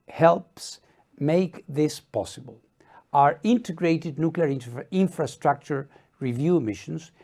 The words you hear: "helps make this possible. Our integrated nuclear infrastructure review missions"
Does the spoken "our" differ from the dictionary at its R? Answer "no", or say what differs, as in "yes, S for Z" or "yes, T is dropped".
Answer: no